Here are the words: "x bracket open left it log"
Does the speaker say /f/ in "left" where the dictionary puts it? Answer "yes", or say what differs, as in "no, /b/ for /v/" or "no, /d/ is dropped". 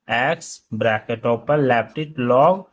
no, /p/ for /f/